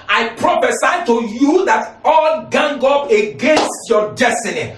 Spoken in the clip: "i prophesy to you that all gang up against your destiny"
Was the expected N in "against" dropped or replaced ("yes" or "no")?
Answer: no